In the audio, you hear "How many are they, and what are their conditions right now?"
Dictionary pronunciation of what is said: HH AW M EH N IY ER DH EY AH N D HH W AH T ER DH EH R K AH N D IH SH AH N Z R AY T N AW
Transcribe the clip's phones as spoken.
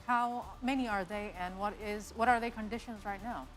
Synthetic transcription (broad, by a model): HH AW M EH N IY ER DH EY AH N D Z W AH T ER DH EH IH K AH N D IH SH AH N Z R AY T N AW